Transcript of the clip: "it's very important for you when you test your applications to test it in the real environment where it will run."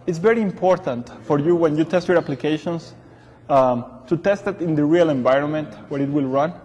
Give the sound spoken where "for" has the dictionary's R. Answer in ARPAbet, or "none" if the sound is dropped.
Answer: R